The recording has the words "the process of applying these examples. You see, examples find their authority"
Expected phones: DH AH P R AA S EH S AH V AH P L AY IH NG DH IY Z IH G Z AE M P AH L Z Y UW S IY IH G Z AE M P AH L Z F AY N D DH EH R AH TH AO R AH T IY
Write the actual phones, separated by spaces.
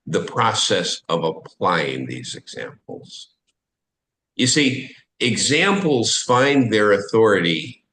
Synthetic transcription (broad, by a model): DH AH P R AA S EH S AH V AH P L AY IH NG DH IY Z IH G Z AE M P L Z Y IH S IY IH G Z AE M P L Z F AY N DH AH R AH TH AO R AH T IY